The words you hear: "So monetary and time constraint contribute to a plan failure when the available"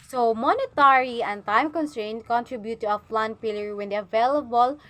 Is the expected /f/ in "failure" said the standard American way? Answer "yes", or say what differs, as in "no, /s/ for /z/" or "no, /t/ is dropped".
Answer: no, /p/ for /f/